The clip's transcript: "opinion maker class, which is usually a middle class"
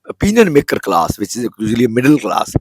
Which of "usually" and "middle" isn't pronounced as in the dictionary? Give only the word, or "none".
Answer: usually